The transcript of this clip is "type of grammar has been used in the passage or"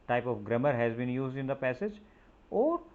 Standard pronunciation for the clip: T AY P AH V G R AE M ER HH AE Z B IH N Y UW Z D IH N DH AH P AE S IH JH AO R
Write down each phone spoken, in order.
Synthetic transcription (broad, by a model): T AY P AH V G R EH M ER HH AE Z B IH N Y UW Z D IH N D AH P AE S IH JH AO R